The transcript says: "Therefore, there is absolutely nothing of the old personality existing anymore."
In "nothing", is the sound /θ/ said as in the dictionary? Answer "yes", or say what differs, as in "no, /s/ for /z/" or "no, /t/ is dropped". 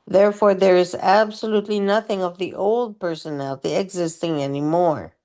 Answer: yes